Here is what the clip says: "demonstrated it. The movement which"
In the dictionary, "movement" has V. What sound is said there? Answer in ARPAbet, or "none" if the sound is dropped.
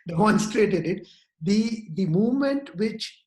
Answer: V